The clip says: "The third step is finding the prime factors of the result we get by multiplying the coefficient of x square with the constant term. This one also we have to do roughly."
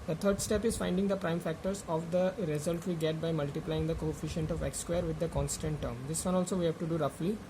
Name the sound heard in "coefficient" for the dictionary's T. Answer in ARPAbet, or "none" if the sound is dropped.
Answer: T